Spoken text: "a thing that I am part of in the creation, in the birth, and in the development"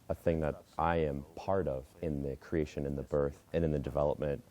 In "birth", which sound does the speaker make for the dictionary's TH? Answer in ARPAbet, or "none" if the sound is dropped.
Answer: TH